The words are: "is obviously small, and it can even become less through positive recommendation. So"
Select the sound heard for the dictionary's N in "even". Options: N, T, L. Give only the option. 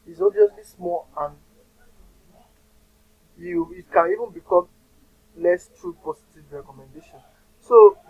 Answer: N